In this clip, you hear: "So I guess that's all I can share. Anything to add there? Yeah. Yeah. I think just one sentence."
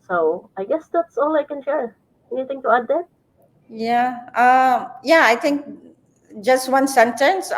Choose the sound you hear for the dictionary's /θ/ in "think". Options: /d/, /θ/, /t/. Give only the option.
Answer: /t/